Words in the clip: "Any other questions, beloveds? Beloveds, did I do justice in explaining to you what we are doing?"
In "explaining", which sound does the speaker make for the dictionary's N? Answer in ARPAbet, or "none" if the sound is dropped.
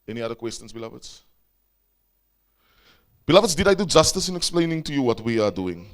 N